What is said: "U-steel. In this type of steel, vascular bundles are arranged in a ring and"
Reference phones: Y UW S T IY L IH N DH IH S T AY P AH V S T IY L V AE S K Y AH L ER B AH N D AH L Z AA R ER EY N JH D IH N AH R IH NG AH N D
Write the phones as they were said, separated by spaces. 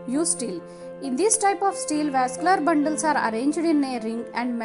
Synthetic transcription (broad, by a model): Y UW S T IY L IH N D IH S T AY P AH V S T IY L V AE S K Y L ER B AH N D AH L S AA R ER EY N JH D IH N AH R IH NG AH N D